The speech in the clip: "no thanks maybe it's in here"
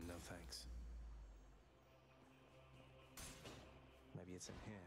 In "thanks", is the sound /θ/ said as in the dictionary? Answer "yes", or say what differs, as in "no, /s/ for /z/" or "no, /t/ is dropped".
yes